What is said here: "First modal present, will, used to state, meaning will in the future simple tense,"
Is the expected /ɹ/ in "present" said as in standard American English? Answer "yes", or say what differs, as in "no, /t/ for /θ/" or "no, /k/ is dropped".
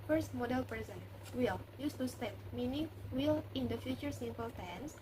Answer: no, /ɹ/ is dropped